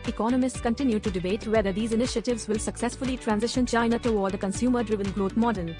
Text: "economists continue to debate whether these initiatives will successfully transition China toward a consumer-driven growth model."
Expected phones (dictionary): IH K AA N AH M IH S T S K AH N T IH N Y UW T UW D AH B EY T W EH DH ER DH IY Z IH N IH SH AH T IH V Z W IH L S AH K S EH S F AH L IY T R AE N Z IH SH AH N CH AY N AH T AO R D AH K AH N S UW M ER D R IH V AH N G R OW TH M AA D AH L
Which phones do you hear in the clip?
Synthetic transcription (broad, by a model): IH K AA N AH M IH S T S K AH N T IH N Y UW T UW D AH B EY T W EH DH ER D IY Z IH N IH SH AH T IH V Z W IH L S AH K S EH S F AH L IY T R AE N Z IH SH AH N CH AY N AH T AO L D AH K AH N S UW M ER D R IH V AH N G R OW T M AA D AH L